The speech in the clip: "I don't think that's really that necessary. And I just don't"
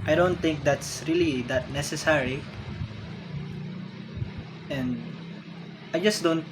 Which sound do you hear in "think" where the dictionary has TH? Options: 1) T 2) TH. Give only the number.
1